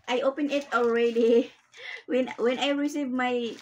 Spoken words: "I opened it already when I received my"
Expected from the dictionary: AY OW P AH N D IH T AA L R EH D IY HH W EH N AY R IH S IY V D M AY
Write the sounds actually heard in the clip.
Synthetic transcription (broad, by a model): AY OW P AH N IH T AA L R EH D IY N W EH N AY R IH S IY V M AY